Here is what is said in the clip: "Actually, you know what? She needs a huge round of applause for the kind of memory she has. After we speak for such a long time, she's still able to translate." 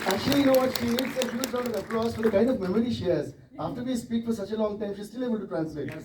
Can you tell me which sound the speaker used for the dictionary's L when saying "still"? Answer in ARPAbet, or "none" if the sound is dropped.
L